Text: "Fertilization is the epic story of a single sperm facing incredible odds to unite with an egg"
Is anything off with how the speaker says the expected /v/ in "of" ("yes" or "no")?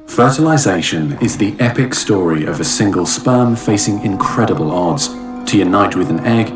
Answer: no